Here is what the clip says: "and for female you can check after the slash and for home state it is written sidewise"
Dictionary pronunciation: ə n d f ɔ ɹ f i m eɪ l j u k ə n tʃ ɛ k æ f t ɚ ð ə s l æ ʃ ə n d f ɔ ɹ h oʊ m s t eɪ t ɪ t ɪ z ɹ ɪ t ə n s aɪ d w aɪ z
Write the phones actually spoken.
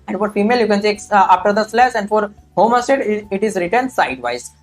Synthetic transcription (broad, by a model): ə n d f ɔ ɹ f i m eɪ l j u k ə n s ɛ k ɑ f t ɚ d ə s l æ s ə n d f ɔ ɹ h oʊ m s t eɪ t ɪ t ɪ z ɹ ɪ t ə n s aɪ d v aɪ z